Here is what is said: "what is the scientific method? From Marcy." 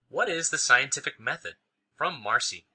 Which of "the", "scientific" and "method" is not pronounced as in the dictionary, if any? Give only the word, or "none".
none